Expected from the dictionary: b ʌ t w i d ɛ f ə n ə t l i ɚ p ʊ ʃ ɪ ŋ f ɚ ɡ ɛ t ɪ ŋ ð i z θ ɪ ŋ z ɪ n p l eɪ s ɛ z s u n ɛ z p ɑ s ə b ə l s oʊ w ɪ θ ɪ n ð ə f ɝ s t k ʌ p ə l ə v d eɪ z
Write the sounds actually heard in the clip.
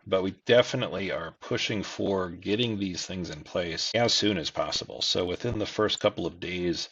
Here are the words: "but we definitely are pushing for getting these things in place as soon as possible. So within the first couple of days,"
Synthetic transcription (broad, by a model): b ʌ t w i d ɛ f ə n ə t l i ɚ p ʊ ʃ ɪ ŋ f ɚ ɡ ɛ t ɪ ŋ ð i z θ ɪ ŋ z ɪ n p l eɪ s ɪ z s u n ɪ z p ɑ s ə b l s oʊ w ɪ θ ɪ n ð ə f ɝ s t k ʌ p l ə v d eɪ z